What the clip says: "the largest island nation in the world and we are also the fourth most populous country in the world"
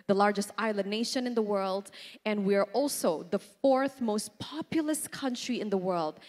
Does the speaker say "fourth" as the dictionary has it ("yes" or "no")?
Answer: yes